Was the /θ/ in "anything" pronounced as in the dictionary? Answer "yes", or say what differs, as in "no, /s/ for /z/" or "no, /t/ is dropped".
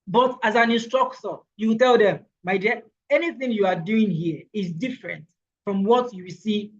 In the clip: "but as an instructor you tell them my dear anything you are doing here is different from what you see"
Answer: yes